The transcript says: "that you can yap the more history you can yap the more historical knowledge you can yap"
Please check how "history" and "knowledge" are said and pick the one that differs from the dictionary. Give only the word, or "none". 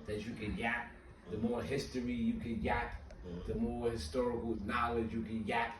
none